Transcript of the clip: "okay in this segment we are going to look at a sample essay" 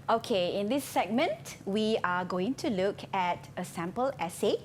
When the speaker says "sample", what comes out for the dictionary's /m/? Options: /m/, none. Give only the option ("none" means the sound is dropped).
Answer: /m/